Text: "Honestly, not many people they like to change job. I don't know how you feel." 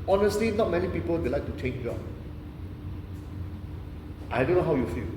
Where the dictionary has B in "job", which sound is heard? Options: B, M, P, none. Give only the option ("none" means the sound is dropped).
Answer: none